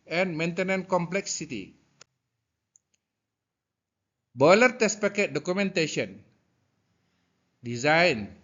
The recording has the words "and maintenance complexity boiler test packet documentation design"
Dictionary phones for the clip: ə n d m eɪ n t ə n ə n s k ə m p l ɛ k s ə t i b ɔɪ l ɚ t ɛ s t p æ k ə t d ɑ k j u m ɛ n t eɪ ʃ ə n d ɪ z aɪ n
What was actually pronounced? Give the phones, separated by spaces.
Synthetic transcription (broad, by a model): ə n m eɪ n t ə n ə n k ə m p l ɛ k s ə t i b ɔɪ l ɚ t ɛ s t p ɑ k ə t d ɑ k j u m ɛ n t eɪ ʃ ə n d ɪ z aɪ n